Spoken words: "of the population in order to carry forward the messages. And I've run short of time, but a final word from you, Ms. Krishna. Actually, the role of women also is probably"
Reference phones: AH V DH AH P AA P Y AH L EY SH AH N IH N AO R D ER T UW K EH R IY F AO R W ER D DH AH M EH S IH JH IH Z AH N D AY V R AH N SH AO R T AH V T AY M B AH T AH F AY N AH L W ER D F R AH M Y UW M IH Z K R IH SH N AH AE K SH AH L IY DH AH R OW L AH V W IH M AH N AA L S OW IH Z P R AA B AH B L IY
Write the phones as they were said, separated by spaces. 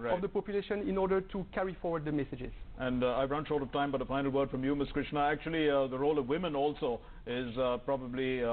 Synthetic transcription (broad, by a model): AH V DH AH P AA P Y AH L EY SH AH N IH N AO R D ER T UW K EH R IY F AO R W ER D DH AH M EH S IH JH IH Z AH N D AY V R AH N SH AO R T AH V T AY M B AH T AH F AY N L W ER D F R AH M Y UW M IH S K R IH SH N AH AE K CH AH L IY DH AH R OW L AH V W IH M AH N AA L S OW IH Z P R AA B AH B L IY